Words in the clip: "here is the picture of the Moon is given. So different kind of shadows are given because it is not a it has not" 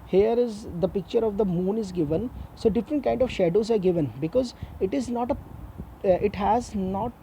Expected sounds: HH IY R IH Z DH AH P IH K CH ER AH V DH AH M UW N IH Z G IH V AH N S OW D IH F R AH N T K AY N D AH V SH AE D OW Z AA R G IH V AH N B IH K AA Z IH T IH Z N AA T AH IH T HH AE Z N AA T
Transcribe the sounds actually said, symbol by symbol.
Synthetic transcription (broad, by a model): HH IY R IH Z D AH P IH K CH ER AH V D AH M UW N IH Z G IH V AH N S OW D IH F R AH N T K AY N D AH V SH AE D OW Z AA R G IH V AH N B IH K AA Z IH T IH Z N AA T AH IH T HH AE Z N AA T